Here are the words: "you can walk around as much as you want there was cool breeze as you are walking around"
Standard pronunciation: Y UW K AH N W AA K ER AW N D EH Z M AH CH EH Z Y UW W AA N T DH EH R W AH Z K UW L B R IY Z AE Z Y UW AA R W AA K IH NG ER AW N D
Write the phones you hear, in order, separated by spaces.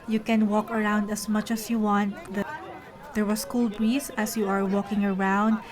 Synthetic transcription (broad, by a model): Y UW K AH N W AA K ER AW N D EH S M AH CH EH S Y UW W AA N T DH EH R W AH S K UW L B R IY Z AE S Y UW AA R W AA K IH NG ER AW N D